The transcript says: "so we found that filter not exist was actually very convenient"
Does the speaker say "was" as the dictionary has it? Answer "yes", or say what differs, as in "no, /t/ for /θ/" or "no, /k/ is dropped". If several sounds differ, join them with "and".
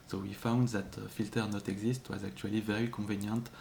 yes